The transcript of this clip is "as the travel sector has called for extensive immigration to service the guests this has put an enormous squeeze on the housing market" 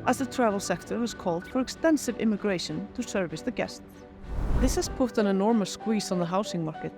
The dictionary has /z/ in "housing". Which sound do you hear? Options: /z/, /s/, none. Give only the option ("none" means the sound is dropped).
/s/